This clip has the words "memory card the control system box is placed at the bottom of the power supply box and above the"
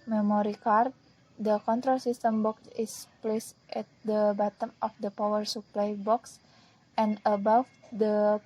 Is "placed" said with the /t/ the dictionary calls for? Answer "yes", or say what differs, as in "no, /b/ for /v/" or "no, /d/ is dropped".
yes